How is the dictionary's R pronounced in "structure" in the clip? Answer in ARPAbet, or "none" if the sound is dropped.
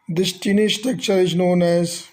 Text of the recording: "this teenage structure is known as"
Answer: none